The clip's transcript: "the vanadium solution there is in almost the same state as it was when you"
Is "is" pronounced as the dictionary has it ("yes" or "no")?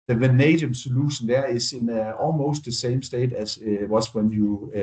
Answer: no